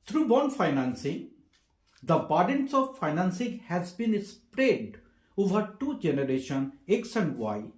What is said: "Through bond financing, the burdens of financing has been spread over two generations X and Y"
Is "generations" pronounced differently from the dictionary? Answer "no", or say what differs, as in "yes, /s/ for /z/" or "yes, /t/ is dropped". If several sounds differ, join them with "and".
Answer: yes, /z/ is dropped